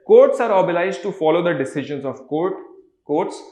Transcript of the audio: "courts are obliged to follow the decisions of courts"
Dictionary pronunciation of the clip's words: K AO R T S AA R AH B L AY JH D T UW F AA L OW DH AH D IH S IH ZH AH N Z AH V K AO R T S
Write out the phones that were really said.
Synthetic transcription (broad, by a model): K AO R T S AA R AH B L AY Z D T UW F AA L OW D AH D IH S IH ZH AH N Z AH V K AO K T S